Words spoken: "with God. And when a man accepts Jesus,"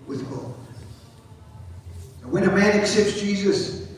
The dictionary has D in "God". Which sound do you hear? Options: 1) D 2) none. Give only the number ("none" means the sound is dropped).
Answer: 2